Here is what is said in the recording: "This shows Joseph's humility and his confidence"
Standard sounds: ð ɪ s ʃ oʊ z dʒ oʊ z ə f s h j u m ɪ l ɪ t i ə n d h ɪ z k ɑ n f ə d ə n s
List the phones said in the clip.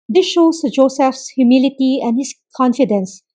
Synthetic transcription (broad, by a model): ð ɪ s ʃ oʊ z dʒ oʊ s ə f s h j u m ɪ l ɪ t i ə n d h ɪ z k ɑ n f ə d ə n s